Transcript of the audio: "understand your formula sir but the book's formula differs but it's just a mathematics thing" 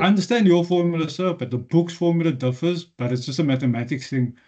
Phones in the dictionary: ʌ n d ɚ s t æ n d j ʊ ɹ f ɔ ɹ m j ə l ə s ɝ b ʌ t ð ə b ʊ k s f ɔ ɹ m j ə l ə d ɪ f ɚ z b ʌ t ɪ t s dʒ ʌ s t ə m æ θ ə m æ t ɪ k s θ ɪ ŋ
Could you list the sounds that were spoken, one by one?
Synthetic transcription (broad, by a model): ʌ n d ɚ s t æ n d j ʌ f ɔ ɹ m j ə l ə s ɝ b ʌ t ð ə b ʊ k s f ɔ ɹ m j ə l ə d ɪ f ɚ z b ʌ t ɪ t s dʒ ʌ s t ə m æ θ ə m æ t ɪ k θ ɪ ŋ